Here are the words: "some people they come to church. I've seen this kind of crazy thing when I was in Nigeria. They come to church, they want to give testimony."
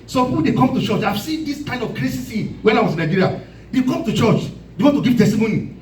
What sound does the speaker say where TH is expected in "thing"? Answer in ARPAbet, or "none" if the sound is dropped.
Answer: S